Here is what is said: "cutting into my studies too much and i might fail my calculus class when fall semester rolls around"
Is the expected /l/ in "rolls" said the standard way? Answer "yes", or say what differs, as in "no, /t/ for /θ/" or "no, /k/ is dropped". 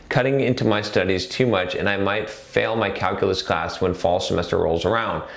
yes